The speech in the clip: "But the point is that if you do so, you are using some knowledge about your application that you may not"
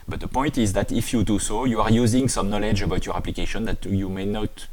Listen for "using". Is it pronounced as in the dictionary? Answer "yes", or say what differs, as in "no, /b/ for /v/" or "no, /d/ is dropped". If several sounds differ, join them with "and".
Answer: yes